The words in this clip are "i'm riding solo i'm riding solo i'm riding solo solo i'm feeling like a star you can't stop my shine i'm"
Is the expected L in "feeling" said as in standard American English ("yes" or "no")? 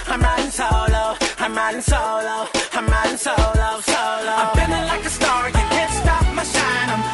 no